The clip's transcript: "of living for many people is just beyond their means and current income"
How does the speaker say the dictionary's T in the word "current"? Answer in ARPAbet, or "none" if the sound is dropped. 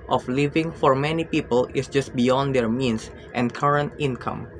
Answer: T